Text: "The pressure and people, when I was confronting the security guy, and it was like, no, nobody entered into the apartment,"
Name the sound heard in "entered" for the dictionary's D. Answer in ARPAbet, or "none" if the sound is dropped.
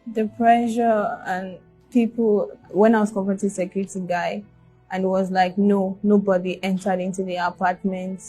D